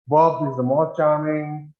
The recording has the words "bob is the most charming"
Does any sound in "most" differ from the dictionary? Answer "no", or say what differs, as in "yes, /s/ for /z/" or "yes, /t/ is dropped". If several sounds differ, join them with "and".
yes, /s/ is dropped